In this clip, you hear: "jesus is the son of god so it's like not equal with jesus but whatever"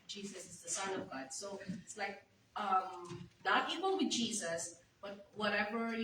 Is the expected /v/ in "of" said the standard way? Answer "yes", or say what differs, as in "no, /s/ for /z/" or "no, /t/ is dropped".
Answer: yes